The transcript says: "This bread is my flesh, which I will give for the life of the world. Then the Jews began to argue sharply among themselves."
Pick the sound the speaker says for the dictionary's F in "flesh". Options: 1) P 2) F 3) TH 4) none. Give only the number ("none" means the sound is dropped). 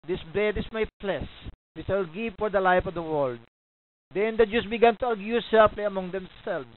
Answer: 1